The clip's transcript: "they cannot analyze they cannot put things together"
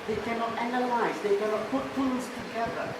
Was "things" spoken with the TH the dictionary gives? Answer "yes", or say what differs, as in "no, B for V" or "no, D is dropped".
no, F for TH